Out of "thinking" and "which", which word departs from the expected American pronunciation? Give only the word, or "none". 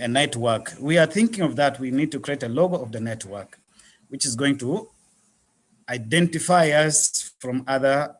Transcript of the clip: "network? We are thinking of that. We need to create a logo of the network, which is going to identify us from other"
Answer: none